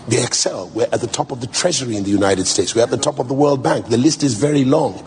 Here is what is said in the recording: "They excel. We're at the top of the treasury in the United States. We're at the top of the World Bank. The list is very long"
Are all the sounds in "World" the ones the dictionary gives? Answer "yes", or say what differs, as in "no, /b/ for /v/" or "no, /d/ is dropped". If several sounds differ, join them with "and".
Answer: yes